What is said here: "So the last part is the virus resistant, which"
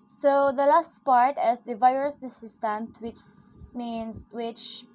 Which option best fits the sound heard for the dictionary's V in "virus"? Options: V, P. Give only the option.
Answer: V